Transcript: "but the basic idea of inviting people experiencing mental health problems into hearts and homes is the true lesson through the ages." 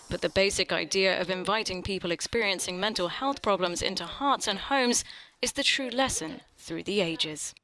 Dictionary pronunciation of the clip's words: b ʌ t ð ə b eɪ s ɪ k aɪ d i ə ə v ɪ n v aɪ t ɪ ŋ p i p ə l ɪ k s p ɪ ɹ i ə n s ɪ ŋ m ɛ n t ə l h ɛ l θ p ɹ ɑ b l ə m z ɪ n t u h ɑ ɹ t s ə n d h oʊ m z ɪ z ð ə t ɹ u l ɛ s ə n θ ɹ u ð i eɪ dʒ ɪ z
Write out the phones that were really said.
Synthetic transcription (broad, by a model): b ʌ t ð ə b eɪ s ɪ k aɪ d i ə ə v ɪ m v aɪ t ɪ ŋ p i p ə l ɪ k s p ɪ ɹ i ə n s ɪ ŋ m ɛ n t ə l h ɛ l θ p ɹ ɑ b l ə m z ɪ n t u h ɑ ɹ t s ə n h oʊ m z ɪ z ð ə t ɹ u l ɛ s ə n θ ɹ u ð i eɪ dʒ ɪ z